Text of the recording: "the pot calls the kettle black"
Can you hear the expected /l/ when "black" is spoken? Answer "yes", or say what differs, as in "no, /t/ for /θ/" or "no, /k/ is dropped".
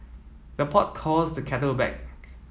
no, /l/ is dropped